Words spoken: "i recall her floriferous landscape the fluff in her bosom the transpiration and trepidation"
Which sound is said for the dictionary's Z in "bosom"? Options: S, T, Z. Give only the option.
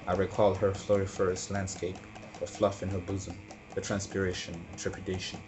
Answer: Z